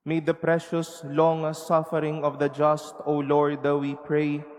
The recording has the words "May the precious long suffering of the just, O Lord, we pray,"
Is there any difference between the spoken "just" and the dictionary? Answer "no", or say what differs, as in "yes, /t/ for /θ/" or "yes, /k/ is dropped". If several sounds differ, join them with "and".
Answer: no